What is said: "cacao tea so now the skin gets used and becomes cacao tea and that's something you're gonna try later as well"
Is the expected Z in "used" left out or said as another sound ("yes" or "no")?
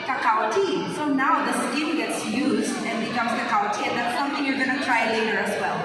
no